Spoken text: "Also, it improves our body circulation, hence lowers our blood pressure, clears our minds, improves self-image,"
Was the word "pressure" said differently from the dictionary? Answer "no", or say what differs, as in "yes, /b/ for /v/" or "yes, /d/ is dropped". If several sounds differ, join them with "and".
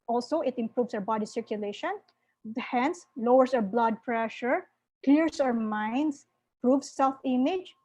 no